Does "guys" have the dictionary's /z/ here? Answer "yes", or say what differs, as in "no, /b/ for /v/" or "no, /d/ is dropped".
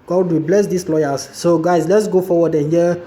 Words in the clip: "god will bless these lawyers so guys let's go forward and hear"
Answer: no, /s/ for /z/